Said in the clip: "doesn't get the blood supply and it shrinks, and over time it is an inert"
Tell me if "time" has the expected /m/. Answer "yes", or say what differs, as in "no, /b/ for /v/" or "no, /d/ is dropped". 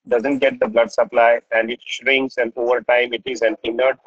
yes